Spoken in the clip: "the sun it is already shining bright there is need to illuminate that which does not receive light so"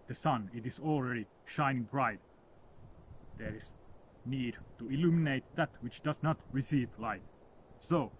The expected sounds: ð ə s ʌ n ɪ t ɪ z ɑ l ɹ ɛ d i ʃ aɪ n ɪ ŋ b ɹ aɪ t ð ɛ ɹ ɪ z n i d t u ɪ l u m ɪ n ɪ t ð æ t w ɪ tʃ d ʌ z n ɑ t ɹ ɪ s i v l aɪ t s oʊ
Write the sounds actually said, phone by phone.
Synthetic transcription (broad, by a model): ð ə s ʌ n ɪ t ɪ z ɑ l ɹ ɛ d i ʃ aɪ n ɪ ŋ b ɹ aɪ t ð ɛ ɹ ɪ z n i d t u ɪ l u m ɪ n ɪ t ð æ t w ɪ tʃ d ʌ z n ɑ t ɹ ɪ s i v l aɪ t s oʊ